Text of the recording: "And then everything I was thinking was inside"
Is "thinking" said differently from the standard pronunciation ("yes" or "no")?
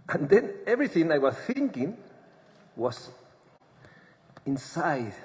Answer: no